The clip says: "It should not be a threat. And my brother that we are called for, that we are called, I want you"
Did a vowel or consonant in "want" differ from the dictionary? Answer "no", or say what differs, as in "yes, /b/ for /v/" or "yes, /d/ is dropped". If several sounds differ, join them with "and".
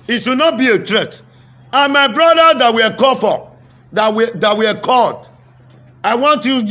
no